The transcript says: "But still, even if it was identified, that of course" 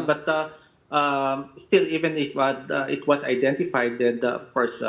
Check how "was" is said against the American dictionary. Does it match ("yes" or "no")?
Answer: no